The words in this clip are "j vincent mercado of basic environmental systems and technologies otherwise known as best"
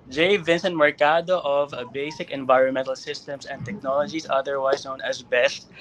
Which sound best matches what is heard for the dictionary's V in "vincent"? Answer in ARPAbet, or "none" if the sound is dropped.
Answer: V